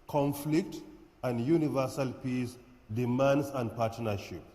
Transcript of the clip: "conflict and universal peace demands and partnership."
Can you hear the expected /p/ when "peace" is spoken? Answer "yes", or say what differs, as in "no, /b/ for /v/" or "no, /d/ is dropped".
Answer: yes